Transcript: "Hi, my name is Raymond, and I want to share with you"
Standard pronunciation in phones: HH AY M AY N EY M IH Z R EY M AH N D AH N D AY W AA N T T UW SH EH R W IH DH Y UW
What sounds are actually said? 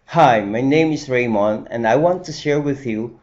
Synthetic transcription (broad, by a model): HH AY M AY N EY M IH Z R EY M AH N AH N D AY W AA N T T UW SH EH R W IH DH Y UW